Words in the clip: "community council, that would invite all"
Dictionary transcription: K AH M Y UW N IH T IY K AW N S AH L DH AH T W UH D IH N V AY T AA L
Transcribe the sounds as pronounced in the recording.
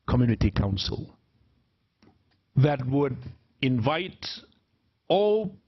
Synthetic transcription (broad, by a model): K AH M Y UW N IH T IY K AW N S AH L DH AH T W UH D IH N V AY T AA L